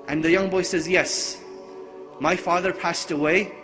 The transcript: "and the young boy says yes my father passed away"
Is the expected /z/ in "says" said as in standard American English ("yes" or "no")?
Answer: yes